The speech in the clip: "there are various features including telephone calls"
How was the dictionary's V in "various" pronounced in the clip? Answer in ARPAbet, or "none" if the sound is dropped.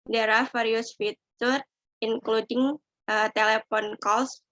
F